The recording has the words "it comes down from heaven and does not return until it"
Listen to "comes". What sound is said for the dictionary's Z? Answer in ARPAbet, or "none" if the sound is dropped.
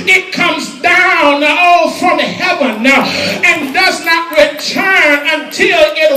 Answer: Z